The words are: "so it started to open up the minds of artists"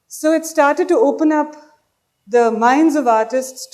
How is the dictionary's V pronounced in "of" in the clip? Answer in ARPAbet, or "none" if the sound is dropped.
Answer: V